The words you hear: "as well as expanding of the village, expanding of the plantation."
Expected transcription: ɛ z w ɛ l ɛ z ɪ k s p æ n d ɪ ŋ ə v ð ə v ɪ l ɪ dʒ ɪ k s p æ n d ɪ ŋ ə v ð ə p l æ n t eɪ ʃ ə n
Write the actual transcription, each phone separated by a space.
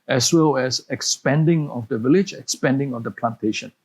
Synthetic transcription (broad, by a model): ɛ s w ɛ l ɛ s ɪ k s p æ n d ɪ ŋ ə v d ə v ɪ l ɪ dʒ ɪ k s p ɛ n d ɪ ŋ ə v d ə p l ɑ n t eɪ ʃ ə n